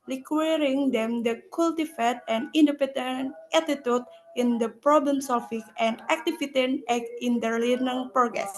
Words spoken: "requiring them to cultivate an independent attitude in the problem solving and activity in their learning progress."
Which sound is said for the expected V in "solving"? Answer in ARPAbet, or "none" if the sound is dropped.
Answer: F